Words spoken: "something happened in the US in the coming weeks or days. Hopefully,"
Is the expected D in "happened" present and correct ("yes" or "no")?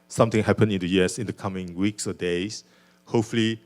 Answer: no